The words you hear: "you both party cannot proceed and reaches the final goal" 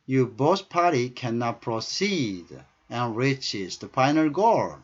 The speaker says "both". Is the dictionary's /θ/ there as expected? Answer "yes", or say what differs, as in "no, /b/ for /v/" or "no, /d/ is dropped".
no, /s/ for /θ/